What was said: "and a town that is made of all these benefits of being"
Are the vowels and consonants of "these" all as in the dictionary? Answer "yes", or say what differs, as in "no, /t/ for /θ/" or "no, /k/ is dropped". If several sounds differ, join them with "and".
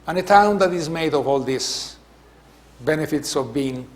no, /s/ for /z/